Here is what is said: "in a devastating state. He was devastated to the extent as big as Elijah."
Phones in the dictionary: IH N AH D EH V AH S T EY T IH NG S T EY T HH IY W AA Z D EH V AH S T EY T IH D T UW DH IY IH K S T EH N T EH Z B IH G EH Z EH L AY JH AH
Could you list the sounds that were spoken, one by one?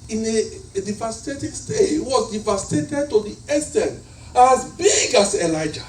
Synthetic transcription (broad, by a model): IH N AH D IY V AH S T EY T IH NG S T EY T W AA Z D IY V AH S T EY T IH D T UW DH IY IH S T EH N AA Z B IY G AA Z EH L AY JH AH